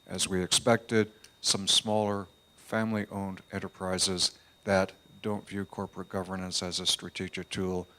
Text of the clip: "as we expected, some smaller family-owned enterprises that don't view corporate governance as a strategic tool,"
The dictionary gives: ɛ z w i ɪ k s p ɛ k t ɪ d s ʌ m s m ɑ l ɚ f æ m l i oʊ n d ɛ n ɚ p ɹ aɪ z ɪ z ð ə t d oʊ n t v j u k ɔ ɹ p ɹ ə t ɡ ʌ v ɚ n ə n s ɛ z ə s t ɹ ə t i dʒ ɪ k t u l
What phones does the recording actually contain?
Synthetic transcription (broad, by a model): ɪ z w i ɪ k s p ɛ k t ɪ d s ʌ m s m ɑ l ɚ f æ m l i oʊ n d ɛ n ɚ p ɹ aɪ z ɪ z ð ə t d oʊ n t v j u k ɔ ɹ p ɹ ə t ɡ ʌ v ɚ n ə n s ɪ z ə s t ɹ ə t i dʒ ɪ k t u l